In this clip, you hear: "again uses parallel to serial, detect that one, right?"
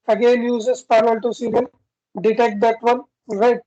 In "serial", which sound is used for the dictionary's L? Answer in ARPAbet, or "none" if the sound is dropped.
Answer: N